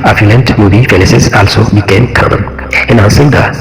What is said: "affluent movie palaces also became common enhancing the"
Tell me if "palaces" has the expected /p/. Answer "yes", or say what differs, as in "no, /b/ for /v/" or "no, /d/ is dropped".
no, /f/ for /p/